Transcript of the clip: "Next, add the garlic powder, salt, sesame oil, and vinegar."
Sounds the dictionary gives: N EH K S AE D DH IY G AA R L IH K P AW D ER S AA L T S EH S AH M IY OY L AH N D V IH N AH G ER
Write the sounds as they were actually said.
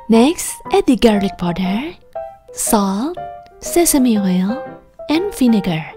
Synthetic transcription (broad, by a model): N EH K S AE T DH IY G AA R L IH K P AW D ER S AA L T S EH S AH M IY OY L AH N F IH N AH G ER